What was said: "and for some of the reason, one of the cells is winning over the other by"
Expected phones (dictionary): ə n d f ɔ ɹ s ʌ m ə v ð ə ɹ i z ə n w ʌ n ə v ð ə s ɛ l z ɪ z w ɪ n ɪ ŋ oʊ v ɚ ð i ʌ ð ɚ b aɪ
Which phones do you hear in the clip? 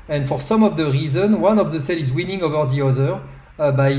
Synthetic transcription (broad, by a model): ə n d f ɔ ɹ s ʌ m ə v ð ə ɹ i z ə n w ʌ n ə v ð ə s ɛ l ɪ z w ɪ n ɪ ŋ oʊ v ɚ ð i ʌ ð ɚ b aɪ